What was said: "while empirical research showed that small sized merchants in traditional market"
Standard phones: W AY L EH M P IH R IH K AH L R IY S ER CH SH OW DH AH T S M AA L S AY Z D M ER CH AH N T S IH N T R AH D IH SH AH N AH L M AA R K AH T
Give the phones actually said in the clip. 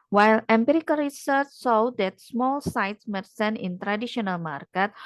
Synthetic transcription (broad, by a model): W AY L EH M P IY R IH K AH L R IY S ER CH S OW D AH T S M AA L S AY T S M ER S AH N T IH N T R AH D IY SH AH N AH L M AA R K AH T